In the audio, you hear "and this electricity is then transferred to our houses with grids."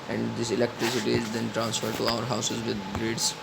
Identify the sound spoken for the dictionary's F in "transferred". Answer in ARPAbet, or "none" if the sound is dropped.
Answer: F